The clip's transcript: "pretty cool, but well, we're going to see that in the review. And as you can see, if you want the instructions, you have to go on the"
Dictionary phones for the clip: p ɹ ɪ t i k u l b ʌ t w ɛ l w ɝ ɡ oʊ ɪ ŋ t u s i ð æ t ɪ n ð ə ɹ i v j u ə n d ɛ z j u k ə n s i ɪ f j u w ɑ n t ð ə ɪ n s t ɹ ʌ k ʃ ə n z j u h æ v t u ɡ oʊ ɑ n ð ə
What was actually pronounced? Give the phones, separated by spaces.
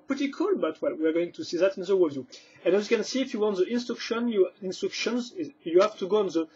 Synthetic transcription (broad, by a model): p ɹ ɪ t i k u l b ʌ t w ɛ l w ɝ ɡ oʊ ɪ ŋ t u s i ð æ t ɪ n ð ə w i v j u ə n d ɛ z j u k ə n s i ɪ f j u w ɑ n t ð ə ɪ n s t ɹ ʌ k ʃ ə n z j u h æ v t u ɡ oʊ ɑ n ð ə